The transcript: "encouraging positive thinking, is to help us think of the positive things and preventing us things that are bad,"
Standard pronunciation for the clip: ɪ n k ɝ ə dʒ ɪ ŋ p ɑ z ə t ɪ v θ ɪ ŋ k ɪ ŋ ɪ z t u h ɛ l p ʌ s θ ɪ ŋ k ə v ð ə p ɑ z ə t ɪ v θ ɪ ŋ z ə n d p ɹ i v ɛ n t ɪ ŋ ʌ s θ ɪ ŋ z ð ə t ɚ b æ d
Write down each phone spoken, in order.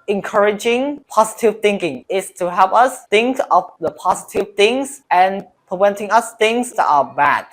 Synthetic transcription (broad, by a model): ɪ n k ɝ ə dʒ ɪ ŋ p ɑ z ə t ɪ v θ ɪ ŋ k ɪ ŋ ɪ s t u h ɛ l p ʌ s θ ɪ ŋ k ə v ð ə p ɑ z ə t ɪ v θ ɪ ŋ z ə n p ɹ i v ɛ n t ɪ ŋ ʌ s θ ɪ ŋ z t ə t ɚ b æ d